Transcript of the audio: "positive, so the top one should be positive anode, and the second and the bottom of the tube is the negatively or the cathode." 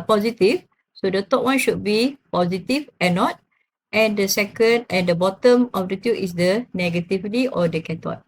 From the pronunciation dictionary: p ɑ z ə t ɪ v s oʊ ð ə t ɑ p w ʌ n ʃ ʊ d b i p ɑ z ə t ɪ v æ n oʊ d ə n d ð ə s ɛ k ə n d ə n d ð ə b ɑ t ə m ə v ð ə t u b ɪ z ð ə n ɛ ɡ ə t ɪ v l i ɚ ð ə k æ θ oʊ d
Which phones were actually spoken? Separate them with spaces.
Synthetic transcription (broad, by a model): p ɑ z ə t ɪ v s oʊ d ə t ɑ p w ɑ n ʃ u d b i p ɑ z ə t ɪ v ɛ n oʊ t ə n d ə s ɛ k ə n d ə n d ə b ɑ t ə m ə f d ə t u ɪ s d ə n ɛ ɡ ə t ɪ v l i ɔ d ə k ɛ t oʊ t